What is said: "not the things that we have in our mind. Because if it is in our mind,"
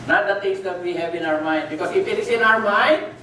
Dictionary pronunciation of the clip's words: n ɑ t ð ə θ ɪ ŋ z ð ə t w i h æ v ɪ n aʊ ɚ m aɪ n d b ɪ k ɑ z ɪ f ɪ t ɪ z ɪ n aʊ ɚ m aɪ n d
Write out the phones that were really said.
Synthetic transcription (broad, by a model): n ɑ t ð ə t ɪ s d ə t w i h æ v ɪ n aʊ ɚ m aɪ n d b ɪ k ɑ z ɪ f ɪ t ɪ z ɪ n aʊ ɚ m aɪ n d